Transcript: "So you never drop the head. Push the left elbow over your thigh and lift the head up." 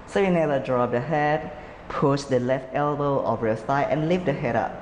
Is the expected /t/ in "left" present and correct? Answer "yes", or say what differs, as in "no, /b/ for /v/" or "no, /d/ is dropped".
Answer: yes